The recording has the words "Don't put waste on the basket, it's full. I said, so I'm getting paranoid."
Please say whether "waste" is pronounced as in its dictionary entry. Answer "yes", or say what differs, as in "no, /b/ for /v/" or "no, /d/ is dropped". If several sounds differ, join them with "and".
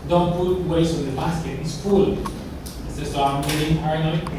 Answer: no, /t/ is dropped